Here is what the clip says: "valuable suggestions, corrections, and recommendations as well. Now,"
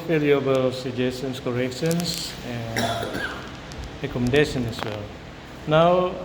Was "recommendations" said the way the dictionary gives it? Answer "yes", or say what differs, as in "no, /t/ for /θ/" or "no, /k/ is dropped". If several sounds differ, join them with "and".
no, /z/ is dropped